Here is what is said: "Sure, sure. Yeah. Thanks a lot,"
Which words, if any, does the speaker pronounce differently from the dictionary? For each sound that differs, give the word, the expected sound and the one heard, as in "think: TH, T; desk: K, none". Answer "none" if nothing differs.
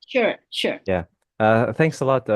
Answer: none